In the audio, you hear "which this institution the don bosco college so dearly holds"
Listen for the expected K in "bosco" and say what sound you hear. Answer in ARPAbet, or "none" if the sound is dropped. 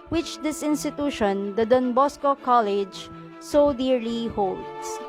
K